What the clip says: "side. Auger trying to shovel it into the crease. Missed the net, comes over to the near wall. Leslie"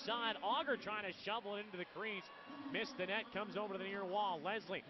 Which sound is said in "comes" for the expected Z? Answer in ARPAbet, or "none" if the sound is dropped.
Z